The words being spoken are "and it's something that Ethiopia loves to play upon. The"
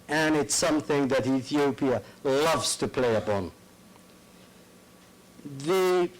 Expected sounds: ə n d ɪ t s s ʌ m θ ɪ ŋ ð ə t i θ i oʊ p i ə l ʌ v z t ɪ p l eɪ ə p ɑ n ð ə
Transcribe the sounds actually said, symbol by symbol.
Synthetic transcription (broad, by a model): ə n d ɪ t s s ʌ m θ ɪ ŋ ð ə t i θ i oʊ p i ə l ʌ v z t ɪ p l eɪ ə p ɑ n ð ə